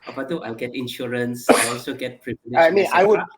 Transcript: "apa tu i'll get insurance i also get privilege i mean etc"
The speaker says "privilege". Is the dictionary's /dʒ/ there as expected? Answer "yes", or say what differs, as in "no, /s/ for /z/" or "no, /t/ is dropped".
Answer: no, /dʒ/ is dropped